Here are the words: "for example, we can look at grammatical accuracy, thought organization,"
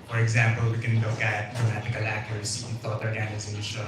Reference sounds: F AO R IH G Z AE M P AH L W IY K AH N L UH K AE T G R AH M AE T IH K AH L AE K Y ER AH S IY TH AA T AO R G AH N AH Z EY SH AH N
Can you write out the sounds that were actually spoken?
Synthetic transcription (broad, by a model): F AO R IH G Z AE M P AH L W IY K AH N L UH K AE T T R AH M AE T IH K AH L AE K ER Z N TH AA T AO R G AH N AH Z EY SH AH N